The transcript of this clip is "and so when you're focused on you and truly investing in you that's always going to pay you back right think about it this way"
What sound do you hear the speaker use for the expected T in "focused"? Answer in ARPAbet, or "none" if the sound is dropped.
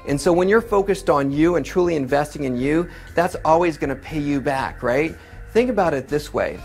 T